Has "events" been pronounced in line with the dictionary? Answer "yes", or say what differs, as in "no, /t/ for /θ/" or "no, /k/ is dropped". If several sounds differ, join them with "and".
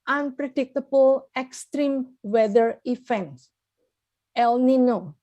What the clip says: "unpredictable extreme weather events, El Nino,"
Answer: no, /f/ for /v/